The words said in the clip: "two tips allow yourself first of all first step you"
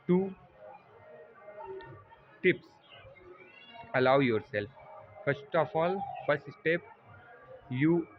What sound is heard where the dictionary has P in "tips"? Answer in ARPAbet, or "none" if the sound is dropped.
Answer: P